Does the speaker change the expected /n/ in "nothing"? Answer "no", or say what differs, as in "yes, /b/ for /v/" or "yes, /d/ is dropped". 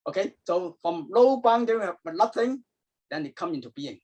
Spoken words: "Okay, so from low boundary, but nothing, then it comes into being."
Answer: yes, /l/ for /n/